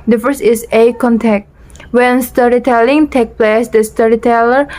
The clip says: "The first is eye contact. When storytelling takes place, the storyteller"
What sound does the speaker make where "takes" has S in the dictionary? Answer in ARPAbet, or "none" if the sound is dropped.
none